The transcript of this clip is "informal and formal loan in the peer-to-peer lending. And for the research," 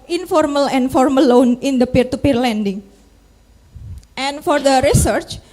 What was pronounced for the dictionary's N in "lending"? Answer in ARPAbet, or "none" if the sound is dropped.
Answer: N